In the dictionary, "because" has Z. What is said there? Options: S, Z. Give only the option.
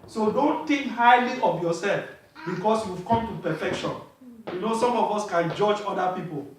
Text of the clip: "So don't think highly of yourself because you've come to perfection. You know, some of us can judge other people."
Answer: S